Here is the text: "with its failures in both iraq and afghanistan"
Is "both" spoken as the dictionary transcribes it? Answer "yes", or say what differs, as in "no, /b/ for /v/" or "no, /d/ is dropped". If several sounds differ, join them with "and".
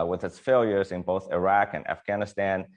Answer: yes